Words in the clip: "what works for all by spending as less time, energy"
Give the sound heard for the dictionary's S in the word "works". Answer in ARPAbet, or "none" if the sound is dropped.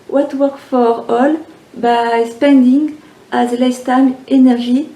none